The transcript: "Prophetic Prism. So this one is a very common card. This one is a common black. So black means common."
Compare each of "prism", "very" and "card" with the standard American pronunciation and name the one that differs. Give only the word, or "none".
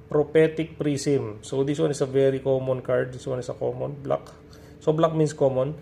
prism